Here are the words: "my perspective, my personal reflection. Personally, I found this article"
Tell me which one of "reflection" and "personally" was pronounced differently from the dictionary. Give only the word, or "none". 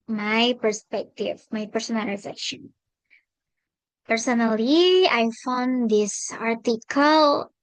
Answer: reflection